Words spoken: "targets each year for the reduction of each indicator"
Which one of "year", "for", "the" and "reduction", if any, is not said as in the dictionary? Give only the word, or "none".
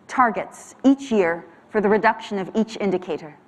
none